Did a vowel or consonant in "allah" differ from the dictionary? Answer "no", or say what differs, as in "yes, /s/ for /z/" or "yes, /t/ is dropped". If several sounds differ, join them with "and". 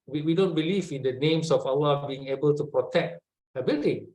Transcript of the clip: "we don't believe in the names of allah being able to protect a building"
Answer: yes, /w/ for /l/